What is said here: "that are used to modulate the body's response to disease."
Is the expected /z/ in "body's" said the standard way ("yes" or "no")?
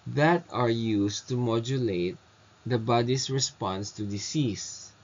no